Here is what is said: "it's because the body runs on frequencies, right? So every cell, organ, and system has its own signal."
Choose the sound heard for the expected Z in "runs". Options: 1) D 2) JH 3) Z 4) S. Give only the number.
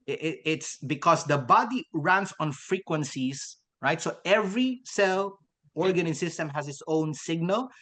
4